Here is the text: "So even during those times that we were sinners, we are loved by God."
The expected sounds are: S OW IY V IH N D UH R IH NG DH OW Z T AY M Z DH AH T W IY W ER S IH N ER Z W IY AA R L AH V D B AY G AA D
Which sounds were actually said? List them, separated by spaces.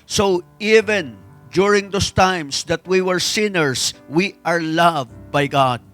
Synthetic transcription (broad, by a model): S OW IY V IH N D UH R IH NG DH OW S T AY M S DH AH T W IY W ER S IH N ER S W IY AA R L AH V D B AY G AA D